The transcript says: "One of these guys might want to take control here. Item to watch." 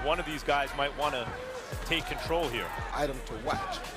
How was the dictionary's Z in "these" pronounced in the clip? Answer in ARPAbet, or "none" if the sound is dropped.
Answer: Z